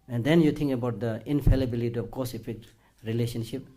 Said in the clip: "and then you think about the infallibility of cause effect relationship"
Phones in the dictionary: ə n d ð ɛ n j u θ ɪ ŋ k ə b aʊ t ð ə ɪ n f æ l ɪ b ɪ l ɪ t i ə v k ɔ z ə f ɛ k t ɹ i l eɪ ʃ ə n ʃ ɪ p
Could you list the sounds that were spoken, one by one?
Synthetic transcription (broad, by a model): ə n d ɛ n j u t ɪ ŋ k ə b aʊ t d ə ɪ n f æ l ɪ b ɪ l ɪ t i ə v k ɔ s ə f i k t ɹ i l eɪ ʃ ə n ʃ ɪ p